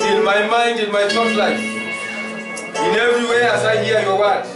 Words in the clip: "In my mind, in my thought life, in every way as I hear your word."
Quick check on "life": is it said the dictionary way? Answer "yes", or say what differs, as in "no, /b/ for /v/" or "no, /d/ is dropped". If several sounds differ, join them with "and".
no, /f/ is dropped